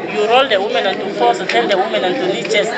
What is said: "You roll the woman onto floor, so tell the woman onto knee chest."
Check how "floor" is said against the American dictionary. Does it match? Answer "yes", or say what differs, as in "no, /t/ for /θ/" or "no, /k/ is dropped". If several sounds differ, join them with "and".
no, /l/ is dropped